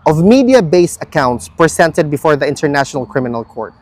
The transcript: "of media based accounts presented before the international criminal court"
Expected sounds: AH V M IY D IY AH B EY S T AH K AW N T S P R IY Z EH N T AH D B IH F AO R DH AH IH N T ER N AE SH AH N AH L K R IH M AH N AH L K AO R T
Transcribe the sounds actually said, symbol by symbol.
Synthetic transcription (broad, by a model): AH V M IY D IY AH B EY S AH K AW N T S P R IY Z EH N T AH D B IH F AO R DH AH IH N T ER N AE SH AH N AH L K R IH M AH N AH L K AO R T